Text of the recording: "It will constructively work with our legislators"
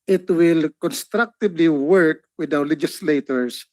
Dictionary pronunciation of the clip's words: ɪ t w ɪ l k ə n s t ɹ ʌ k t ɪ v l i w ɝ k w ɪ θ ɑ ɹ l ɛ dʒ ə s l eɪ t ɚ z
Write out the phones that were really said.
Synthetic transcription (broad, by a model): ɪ t w ɪ l k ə n s t ɹ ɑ k t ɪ b l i w ɝ k w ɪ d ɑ w l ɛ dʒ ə s l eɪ t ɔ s